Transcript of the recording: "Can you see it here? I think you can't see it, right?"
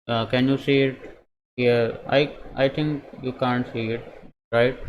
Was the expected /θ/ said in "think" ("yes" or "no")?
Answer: no